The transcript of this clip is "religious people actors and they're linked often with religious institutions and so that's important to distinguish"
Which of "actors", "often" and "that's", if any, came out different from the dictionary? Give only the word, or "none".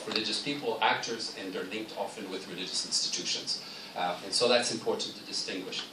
none